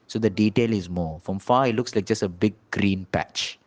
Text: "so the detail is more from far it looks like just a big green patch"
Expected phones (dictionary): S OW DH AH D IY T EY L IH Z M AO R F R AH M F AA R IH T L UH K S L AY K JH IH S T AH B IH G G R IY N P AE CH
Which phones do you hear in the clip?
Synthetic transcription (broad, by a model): S OW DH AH D IY T EY L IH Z M AO F R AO M F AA IH T L UH K S L AY K JH IH S T AH B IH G G R IY N P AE CH